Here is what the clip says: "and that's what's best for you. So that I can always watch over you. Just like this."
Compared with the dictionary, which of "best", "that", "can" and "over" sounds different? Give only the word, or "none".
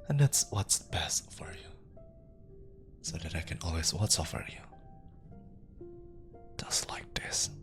over